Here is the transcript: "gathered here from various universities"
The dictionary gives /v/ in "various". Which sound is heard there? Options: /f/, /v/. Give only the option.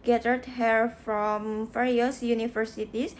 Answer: /f/